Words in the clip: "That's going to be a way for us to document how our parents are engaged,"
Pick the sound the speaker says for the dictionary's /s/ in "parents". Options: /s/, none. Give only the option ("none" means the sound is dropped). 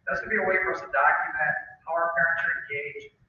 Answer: none